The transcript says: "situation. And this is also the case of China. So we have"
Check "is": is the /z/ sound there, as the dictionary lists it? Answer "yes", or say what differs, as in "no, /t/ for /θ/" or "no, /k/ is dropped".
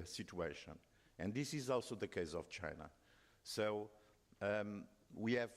yes